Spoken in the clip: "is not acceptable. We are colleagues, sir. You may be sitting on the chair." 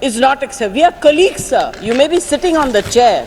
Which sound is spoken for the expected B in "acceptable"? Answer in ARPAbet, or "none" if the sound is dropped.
none